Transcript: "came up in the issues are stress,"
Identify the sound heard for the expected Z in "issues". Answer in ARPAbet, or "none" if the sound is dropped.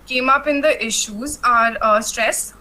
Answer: Z